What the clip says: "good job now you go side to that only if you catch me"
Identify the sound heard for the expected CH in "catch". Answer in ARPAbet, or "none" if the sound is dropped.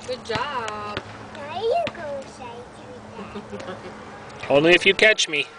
CH